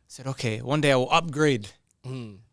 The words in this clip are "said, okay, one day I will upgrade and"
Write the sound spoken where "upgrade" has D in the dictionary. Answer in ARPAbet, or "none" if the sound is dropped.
none